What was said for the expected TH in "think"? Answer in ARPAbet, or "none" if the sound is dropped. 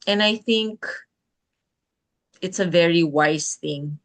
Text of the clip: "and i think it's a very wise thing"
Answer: TH